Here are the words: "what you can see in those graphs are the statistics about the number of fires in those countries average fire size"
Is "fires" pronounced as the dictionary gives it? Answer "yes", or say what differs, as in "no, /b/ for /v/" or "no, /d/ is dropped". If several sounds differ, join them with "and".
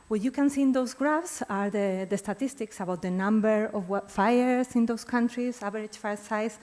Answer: no, /s/ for /z/